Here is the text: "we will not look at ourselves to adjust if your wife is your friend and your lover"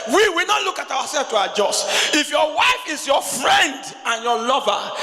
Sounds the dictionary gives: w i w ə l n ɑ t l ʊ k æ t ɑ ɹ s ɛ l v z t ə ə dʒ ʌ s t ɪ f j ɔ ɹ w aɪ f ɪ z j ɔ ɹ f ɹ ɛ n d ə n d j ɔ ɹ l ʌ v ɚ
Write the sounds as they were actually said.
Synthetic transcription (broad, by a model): w i w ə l n ɑ t l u k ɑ t ɑ w s ɛ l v t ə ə dʒ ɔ s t ɪ f j ɔ w aɪ f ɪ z j ɔ f ɹ ɛ n d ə n j ɔ l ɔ v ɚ